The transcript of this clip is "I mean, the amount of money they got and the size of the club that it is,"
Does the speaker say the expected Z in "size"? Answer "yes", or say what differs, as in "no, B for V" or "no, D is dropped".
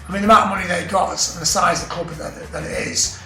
yes